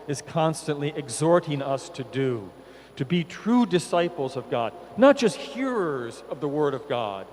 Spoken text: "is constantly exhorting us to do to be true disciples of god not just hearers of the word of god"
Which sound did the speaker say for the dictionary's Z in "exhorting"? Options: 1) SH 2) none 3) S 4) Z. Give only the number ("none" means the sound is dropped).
4